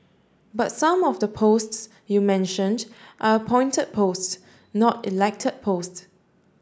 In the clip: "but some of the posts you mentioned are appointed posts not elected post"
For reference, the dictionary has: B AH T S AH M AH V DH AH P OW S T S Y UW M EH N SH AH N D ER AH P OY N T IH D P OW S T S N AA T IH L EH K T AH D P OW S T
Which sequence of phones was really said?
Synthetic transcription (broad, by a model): B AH T S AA M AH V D AH P OW S T S Y UW M EH N SH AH N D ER AH P OY N T IH D P OW S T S N AA T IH L EH K T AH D P OW S T